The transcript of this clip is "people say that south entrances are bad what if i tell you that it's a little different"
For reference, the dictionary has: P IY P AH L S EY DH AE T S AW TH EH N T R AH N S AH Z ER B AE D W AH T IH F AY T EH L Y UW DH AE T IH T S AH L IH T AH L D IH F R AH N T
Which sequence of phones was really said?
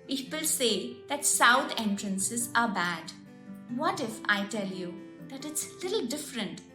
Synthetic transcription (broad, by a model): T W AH L S EY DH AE T S AW T EH N T R AH N S AH Z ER B AE D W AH T IH F AY T EH L Y UW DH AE T IH T S L IH T L D IH F R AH N T